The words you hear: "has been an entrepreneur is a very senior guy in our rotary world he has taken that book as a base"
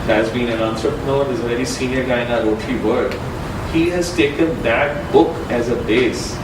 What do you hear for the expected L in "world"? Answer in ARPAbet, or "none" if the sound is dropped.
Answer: none